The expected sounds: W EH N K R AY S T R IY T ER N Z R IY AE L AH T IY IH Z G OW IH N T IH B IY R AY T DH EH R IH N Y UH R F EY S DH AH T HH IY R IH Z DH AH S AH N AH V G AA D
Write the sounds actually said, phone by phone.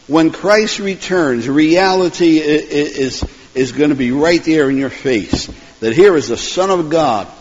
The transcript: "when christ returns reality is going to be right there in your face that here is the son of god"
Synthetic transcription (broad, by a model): W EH N K R AY S T R IY T ER N Z R IY AE L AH T IY IH Z G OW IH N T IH B IY R AY T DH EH R IH N Y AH R F EY S DH AH T HH IY R IH Z DH AH S AH N AH V G AA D